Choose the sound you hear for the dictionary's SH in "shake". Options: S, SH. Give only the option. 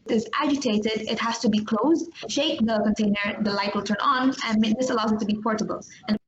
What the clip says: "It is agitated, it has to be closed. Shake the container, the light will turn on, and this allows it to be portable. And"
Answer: SH